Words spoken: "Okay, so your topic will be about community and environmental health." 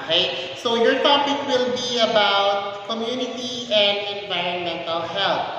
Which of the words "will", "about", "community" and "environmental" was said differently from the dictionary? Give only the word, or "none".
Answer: none